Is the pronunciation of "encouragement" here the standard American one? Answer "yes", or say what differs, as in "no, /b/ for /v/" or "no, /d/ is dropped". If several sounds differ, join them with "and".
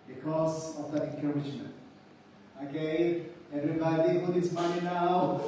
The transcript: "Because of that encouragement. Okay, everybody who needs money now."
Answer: no, /ʃ/ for /dʒ/